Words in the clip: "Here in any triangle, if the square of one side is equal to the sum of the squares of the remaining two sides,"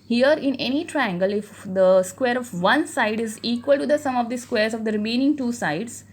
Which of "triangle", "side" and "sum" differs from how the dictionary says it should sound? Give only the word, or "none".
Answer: none